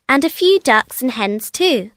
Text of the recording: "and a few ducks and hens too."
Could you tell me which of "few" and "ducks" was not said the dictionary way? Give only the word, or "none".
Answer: none